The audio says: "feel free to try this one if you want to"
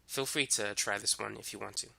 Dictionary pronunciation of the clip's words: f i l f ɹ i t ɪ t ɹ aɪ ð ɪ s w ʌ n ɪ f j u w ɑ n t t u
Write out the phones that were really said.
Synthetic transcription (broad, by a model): f i l f ɹ i t ɪ t ɹ aɪ ð ɪ s w ʌ n ɪ f j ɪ w ɑ n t t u